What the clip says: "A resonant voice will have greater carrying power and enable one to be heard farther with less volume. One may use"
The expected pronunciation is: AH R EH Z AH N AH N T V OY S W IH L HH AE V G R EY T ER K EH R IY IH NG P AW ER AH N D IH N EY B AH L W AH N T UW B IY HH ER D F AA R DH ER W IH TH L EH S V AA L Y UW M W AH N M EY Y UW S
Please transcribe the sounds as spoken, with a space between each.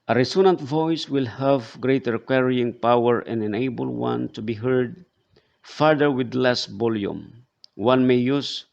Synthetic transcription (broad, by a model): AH R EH S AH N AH N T V OY S W IH L HH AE V G R EY T ER K EH R IY IH NG P AW ER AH N IH N EY B AH L W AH N T UW B IY HH ER D F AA R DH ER W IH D L EH S B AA L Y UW M W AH N M EY Y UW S